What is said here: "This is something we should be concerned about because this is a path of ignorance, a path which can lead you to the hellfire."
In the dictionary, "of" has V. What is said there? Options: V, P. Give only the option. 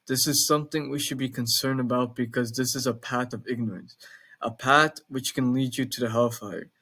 V